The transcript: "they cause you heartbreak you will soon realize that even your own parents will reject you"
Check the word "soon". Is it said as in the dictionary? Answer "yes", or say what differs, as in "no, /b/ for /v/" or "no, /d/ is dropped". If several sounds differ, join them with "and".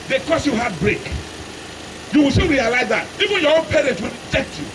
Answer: no, /l/ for /n/